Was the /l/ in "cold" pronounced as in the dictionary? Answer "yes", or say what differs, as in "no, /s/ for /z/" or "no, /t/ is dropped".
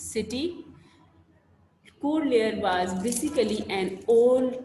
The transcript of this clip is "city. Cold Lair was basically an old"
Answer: no, /l/ is dropped